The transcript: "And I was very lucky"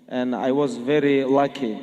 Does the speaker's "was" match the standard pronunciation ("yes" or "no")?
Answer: yes